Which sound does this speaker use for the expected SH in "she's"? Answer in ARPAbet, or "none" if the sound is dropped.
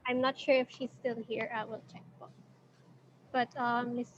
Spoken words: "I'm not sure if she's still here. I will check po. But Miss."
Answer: SH